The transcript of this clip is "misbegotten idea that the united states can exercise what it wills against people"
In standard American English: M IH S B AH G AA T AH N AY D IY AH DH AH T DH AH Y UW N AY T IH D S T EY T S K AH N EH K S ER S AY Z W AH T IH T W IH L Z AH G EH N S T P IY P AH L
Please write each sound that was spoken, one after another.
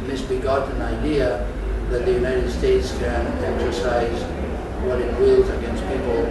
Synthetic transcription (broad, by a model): M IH S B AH G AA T N AY D IY AH DH AH T DH AH Y UW N AY T IH D S T EY T S K AH N EH K S ER S AY Z W AH T IH T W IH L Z AH G EH N S T P IY P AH L